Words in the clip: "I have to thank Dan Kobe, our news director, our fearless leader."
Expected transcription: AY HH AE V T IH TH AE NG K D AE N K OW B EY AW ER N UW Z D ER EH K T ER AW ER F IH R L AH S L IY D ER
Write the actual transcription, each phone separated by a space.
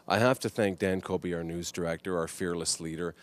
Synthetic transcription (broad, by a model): AY HH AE F T IH TH AE NG K D AE N K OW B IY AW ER N UW Z D ER EH K T ER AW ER F IH R L AH S L IY D ER